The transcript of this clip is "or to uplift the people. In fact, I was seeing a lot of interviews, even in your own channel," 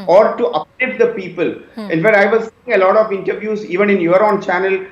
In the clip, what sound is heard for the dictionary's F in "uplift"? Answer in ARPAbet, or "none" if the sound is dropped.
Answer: none